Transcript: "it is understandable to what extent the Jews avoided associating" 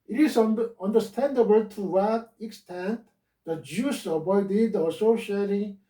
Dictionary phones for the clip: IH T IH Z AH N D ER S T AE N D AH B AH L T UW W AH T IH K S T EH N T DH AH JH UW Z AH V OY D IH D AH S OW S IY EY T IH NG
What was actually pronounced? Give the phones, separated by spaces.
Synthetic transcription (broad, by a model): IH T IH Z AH N D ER S T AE N D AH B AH L T UW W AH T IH K S T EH N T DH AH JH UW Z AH B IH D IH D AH S OW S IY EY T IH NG